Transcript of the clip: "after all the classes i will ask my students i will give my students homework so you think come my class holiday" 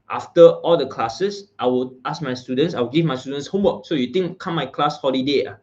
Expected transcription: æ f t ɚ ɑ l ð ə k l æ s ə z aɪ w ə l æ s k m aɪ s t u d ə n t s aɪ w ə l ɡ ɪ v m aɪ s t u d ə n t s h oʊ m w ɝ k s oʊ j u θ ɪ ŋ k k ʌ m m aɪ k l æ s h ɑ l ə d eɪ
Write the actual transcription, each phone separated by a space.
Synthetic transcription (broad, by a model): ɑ f t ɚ ɑ l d ə k l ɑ s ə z aɪ w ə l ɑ s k m aɪ s t u d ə n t s aɪ w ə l ɡ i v m aɪ s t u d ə n s h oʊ m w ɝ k s oʊ j u t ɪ ŋ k k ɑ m m aɪ k l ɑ s h ɑ l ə d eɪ